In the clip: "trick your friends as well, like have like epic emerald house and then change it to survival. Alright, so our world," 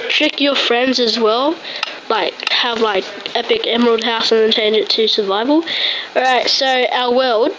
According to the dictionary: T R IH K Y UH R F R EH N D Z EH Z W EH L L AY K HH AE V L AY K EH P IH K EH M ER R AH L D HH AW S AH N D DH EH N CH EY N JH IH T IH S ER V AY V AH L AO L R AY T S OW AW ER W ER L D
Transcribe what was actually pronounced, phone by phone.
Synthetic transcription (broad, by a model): T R IH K Y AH R F R EH N D Z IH Z W EH L L AY K HH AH V L AY K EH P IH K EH M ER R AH L D HH AW S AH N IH N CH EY N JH IH T IH S ER V AY V AH L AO R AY T S OW AW ER W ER L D